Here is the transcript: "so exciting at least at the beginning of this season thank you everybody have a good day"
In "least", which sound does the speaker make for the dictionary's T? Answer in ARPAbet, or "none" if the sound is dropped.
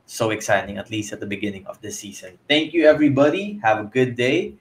T